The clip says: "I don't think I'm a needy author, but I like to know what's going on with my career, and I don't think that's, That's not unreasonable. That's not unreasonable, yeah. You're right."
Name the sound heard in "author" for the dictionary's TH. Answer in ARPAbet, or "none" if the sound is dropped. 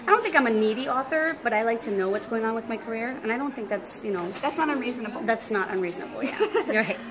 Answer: TH